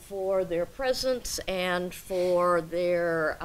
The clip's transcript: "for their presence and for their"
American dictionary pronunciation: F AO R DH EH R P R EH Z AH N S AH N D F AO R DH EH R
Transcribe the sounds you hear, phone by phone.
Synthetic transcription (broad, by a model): F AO R DH EH R P R EH Z AH N S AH N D F AO R DH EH R